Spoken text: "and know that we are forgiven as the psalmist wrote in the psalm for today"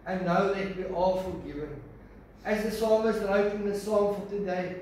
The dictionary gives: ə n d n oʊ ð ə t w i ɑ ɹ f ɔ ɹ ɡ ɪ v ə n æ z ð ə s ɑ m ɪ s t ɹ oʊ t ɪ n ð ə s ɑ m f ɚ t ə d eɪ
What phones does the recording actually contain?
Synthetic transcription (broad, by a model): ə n n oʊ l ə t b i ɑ l f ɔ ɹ ɡ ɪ v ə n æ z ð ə s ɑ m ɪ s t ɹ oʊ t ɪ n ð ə s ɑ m f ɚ t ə d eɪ